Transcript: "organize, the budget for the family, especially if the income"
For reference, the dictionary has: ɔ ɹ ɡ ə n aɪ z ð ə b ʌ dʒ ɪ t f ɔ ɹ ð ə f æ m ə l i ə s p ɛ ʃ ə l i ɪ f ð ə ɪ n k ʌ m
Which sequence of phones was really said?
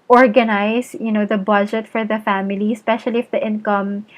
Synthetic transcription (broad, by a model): ɔ ɹ ɡ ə n aɪ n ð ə b ʌ dʒ ɪ t f ɔ ɹ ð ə f æ m ə l i ə s p ɛ ʃ ə l i ɪ f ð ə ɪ n k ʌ m